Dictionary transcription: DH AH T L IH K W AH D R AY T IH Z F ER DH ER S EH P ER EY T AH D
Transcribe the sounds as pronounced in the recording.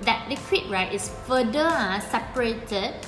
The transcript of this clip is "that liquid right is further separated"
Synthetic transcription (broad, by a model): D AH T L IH K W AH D R AY T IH S F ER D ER S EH P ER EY T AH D